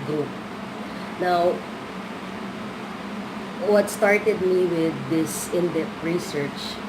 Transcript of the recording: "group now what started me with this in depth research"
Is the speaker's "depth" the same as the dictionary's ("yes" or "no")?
no